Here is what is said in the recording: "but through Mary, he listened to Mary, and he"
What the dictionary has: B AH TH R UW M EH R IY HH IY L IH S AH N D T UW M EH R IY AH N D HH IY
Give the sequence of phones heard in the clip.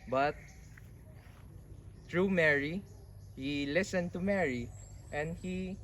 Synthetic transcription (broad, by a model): B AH T R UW M EH R IY HH IY L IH S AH N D T UW M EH R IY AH N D HH IY